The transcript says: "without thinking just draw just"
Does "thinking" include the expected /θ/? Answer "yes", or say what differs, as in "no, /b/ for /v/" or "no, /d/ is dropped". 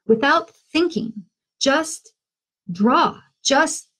yes